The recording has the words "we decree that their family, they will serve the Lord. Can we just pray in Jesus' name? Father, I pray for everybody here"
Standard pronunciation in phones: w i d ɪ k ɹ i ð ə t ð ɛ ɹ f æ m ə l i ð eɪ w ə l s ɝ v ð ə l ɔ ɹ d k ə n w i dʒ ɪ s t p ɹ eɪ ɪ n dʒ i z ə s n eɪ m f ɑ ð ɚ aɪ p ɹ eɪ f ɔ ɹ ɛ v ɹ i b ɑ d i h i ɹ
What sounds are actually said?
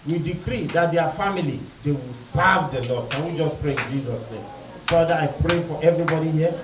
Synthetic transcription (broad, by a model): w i d ɪ k ɹ i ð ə t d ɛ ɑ f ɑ m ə l i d eɪ w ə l s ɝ v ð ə l ɔ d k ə w i dʒ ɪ s p ɹ eɪ ɪ n dʒ i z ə s n eɪ m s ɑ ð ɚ aɪ p ɹ eɪ f ɔ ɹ ɛ v ɹ i b ɑ d i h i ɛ